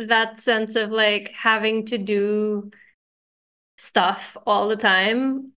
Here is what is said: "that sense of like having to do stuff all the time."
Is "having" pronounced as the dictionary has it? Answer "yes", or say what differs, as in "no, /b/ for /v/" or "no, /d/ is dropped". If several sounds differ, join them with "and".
yes